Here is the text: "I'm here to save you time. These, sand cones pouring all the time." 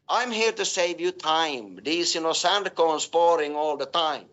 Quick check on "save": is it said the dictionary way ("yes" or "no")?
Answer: yes